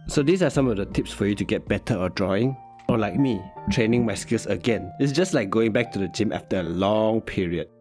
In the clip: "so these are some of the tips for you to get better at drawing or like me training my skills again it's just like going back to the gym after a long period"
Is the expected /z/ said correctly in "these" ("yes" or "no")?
no